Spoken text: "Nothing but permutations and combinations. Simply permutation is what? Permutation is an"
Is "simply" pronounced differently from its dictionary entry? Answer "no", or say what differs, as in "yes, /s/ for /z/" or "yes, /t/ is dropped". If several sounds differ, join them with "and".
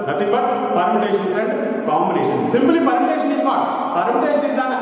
yes, /b/ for /p/